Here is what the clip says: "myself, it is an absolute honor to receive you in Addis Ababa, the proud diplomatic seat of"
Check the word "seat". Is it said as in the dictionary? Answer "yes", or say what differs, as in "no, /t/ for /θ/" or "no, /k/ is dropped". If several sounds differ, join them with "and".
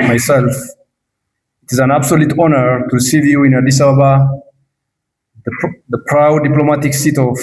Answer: yes